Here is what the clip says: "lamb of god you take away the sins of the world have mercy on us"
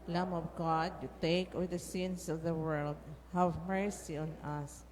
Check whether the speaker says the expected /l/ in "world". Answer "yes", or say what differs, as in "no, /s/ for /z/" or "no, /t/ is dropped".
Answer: yes